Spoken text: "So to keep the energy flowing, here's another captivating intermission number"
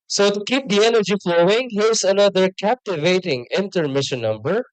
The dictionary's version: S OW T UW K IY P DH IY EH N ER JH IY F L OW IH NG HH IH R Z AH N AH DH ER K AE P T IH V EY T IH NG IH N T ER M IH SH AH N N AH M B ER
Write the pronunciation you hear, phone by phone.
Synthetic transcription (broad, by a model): S OW T UW K IY P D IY EH N ER JH IY F L OW IH NG HH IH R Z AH N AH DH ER K AE P T IH V EY T IH NG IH N T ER M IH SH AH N N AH M B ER